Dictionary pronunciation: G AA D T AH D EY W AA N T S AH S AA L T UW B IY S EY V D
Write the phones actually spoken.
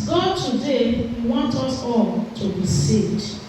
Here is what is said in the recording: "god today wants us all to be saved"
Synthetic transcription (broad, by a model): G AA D T AH D EY W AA N T AH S AA L T UW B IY S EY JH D